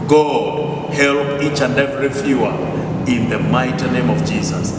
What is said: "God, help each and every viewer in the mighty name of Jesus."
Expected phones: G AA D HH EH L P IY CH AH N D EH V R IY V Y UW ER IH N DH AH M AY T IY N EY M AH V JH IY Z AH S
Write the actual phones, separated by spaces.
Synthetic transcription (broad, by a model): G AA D HH EH L P IY CH AH N D EH V R IY F Y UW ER IH N DH AH M AY T IY N EY M AH V JH IY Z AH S